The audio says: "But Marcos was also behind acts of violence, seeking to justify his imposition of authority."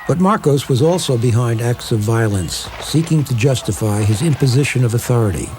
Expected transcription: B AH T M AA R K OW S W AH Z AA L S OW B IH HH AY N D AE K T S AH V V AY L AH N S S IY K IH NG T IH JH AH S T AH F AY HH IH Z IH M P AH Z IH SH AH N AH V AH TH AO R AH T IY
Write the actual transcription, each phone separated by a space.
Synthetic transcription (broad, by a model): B AH T M AA R K OW S W AH Z AA L S OW B IH HH AY N D AE K T S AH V V AY L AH N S S IY K IH NG T IH JH AH S T AH F AY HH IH Z IH M P AH Z IH SH AH N AH V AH TH AO R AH T IY